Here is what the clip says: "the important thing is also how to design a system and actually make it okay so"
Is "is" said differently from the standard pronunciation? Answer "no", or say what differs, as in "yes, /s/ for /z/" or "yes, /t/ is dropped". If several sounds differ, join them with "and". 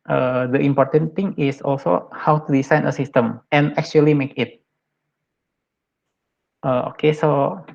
yes, /s/ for /z/